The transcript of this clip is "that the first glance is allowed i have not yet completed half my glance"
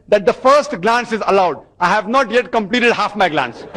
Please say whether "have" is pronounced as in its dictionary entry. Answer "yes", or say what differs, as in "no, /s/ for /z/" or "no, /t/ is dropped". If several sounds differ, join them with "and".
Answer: yes